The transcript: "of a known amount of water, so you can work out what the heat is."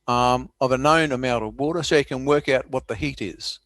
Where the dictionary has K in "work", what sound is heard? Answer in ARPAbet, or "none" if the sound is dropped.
K